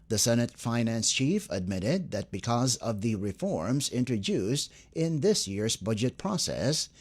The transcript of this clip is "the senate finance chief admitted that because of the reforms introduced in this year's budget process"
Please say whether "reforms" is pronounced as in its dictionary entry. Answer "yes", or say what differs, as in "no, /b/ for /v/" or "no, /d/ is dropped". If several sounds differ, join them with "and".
yes